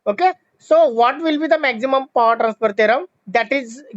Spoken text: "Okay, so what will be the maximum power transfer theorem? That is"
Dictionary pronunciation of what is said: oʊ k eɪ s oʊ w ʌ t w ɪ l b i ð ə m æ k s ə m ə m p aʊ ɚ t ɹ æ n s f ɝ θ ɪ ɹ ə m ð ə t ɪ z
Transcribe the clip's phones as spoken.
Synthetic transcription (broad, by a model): oʊ k eɪ s oʊ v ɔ t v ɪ l b i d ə m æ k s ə m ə m p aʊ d t ɹ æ n s p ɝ t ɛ ɹ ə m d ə t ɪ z